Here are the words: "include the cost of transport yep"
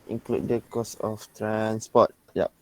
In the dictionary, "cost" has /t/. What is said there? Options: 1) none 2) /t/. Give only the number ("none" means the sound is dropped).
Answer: 1